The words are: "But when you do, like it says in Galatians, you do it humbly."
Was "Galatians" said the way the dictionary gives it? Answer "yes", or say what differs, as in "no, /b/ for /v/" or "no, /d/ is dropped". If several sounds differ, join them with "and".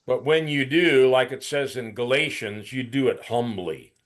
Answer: yes